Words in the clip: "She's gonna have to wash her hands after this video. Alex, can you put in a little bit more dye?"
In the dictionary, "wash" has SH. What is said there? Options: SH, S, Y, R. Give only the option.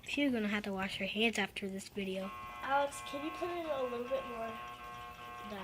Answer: SH